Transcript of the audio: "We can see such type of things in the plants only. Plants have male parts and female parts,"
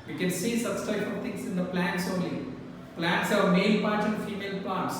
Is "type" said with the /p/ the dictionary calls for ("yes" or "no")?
no